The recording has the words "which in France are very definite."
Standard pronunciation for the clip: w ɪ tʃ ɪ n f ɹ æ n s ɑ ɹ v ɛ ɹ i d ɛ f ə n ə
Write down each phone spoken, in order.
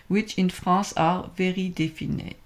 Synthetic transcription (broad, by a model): w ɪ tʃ ɪ n f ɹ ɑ s ɑ ɹ v ɛ ɹ i d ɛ f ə n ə